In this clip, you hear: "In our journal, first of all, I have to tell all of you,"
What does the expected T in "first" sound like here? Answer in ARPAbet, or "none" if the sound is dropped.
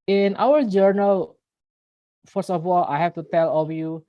none